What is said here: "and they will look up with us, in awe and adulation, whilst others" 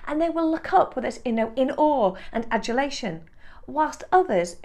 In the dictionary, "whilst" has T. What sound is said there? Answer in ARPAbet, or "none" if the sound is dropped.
T